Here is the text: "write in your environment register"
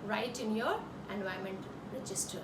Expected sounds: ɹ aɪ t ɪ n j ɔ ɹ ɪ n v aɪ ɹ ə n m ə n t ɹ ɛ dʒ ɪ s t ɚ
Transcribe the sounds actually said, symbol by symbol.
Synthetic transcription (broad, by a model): ɹ aɪ t ɪ n j ɔ ɹ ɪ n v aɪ ə m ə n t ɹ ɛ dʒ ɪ s t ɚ